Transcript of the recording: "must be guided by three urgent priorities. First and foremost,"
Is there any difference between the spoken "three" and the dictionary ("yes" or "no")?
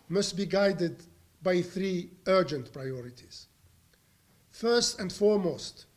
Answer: no